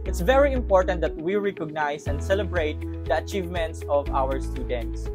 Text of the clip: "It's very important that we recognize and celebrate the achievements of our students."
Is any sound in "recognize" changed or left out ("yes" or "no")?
yes